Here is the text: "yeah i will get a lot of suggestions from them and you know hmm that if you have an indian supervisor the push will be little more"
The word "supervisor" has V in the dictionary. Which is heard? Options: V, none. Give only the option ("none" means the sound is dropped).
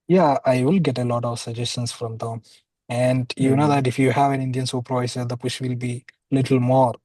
none